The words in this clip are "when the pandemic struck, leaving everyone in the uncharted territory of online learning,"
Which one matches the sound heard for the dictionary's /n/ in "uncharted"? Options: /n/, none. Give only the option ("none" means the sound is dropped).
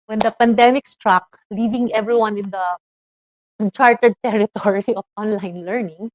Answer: none